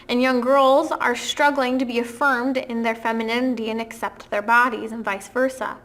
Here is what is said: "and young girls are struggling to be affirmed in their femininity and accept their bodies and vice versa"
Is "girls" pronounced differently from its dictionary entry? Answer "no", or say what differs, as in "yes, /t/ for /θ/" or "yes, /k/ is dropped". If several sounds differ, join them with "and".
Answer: no